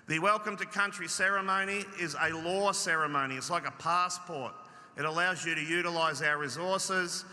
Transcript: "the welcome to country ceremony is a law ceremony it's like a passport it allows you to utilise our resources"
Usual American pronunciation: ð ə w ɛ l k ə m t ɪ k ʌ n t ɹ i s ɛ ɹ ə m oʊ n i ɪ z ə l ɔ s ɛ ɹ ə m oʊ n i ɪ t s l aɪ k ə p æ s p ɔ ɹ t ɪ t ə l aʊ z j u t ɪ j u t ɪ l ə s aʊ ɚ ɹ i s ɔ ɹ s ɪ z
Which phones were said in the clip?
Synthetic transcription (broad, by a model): ð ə w ɛ l k ə m t ɪ k ʌ n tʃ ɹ i s ɛ ɹ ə m oʊ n i ɪ z ə l ɔ s ɛ ɹ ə m oʊ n i ɪ t s l aɪ k ə p æ s p ɔ ɹ t ɪ t ə l aʊ z j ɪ t ɪ j u t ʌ l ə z aʊ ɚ ɹ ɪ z ɔ ɹ s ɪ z